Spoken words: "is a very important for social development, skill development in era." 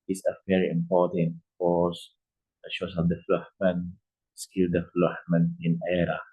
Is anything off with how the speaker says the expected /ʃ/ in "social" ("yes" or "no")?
yes